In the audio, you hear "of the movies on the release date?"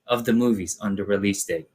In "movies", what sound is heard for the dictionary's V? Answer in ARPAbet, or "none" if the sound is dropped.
V